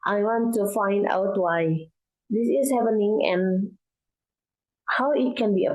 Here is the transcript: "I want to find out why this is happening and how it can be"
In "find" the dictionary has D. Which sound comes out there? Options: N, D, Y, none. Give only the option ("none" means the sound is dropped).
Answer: D